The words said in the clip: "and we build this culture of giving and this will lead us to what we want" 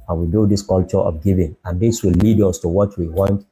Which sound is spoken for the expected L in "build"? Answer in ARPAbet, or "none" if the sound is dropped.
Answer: none